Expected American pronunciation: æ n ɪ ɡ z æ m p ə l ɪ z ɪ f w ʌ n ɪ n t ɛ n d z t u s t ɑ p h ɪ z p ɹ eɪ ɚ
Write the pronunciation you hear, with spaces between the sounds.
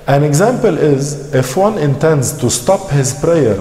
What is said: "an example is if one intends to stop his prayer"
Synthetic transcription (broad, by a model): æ n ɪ ɡ z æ m p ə l ɪ z ɪ f w ʌ n ɪ n t ɛ n d z t u s t ɑ p h ɪ z p ɹ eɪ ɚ